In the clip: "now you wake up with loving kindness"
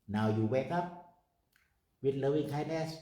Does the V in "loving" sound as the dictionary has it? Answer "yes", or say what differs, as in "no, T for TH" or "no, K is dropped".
no, W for V